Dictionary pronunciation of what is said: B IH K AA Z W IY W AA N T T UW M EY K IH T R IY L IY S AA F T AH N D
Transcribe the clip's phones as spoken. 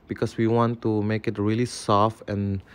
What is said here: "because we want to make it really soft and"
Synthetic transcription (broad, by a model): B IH K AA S W IY W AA N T T UW M EY K IH T R IY L IY S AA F AH N